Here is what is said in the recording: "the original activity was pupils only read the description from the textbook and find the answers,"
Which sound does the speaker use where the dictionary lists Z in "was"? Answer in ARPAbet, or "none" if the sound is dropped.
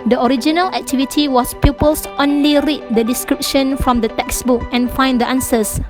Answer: S